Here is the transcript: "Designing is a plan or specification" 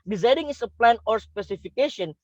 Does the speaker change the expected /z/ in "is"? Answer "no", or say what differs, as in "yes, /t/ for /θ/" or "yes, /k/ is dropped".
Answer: yes, /s/ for /z/